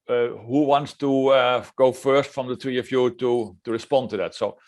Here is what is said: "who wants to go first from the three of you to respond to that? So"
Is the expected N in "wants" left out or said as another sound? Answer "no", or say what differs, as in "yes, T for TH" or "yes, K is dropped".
no